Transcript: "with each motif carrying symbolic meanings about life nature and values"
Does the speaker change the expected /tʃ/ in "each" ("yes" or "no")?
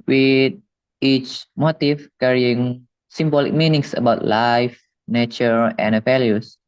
no